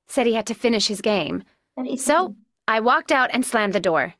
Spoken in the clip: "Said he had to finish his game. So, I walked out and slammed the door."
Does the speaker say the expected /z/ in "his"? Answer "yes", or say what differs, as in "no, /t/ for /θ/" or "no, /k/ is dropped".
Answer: yes